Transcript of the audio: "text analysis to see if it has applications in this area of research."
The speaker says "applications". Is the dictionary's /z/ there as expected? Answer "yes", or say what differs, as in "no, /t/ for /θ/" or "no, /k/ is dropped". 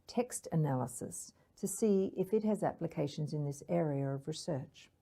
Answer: yes